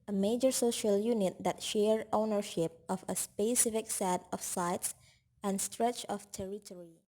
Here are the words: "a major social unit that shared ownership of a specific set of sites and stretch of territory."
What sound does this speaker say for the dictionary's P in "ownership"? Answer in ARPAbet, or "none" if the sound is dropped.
P